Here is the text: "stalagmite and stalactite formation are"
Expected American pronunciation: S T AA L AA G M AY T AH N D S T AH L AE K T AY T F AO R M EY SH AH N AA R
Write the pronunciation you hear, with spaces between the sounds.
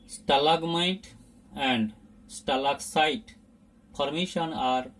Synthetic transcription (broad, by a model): S T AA L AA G M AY T AH N D S T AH L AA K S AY T P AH R M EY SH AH N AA R